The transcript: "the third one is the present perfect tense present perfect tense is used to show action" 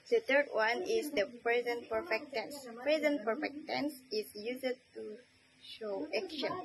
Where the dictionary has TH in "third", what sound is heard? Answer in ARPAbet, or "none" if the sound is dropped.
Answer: T